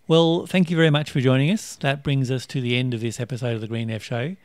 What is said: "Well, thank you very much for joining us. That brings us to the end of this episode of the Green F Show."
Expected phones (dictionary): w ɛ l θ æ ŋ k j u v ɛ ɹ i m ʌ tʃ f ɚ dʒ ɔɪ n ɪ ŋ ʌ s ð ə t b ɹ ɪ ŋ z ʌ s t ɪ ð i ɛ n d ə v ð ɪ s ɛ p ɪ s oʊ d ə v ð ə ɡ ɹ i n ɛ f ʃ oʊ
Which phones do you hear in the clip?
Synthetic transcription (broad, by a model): w ɛ l θ æ ŋ k j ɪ v ɛ ɹ i m ʌ tʃ f ɚ dʒ ɔɪ n ɪ ŋ ʌ s ð ə t b ɹ ɪ ŋ z ʌ s t ɪ ð i ɛ n d ə v ð ɪ s ɛ p ɪ s oʊ d ə v ð ə ɡ ɹ i n ɛ f ʃ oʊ